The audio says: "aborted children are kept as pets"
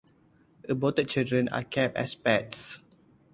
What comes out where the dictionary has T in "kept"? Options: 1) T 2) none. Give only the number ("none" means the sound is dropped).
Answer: 2